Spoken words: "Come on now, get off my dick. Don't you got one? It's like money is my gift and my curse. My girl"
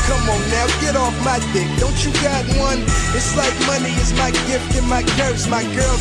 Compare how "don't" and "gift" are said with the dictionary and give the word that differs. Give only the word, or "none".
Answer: none